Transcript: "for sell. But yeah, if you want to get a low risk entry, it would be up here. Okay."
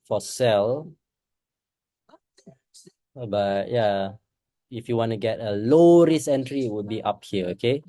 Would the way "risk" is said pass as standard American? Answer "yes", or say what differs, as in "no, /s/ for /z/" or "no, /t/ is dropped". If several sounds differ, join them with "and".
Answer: no, /k/ is dropped